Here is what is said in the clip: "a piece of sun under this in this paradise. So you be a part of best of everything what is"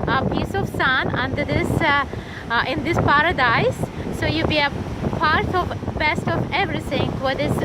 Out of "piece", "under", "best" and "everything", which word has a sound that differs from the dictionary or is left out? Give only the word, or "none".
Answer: everything